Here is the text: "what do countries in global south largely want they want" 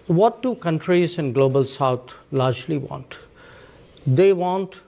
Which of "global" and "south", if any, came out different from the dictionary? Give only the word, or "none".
south